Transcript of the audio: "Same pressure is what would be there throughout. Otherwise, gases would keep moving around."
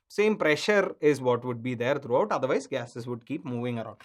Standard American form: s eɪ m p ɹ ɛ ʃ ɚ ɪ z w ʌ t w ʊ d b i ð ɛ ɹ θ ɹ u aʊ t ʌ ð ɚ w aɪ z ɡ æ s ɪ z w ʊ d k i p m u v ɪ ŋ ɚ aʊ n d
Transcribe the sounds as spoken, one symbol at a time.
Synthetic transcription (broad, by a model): s eɪ m p ɹ ɛ ʃ ɚ ɪ z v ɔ t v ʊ d b i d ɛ ɹ t ɹ u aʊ t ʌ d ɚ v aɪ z ɡ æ s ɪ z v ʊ d k i p m u v ɪ ŋ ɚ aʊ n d